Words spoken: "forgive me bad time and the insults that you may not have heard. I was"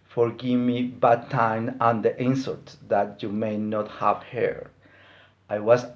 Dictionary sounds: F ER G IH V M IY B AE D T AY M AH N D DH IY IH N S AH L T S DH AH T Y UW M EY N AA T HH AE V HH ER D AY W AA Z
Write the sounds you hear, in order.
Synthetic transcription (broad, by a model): F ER G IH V M IY B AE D T AY M AH N D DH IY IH N S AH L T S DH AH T Y UW M EY N AA T HH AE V HH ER AY W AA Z